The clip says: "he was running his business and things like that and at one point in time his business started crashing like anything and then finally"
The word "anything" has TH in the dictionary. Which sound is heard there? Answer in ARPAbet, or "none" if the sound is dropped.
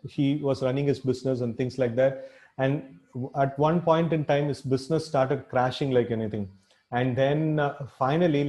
T